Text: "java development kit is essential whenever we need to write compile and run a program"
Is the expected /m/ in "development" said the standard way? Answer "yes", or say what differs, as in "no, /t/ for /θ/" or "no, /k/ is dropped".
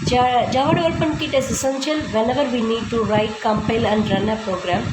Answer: no, /m/ is dropped